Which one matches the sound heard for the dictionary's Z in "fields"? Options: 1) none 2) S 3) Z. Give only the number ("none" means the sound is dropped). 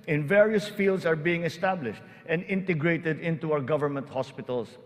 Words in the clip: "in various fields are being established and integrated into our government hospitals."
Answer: 2